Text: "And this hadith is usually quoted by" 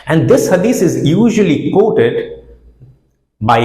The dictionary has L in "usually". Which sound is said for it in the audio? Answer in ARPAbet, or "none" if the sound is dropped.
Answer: L